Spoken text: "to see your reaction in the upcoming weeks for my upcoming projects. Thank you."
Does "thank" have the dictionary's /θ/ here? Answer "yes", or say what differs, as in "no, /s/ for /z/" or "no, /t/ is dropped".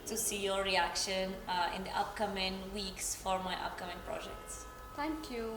no, /t/ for /θ/